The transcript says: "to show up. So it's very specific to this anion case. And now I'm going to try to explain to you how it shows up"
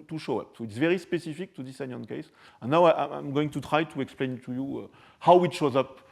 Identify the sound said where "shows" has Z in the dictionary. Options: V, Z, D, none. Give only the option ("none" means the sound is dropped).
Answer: Z